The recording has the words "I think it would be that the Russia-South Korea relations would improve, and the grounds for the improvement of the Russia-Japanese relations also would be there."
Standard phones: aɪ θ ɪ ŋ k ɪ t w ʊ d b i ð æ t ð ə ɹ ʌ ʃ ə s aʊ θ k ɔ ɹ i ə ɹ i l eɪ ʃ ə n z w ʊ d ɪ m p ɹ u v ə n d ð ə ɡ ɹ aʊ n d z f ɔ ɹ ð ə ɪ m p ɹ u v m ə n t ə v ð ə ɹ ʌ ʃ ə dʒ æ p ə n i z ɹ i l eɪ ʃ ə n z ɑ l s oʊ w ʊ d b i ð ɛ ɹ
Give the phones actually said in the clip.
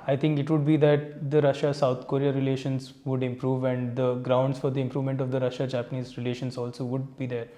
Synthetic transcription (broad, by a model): aɪ t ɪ ŋ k ɪ t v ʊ d b i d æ t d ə ɹ ʌ ʃ ə s aʊ t k ɔ ɹ i ə ɹ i l eɪ ʃ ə n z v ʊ d ɪ m p ɹ u v ə n d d ə ɡ ɹ aʊ n d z f ɔ ɹ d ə ɪ m p ɹ u v m ə n t ə v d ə ɹ ʌ ʃ ə dʒ æ p ə n i z ɹ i l eɪ ʃ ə n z ɑ l s oʊ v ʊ d b i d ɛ ɹ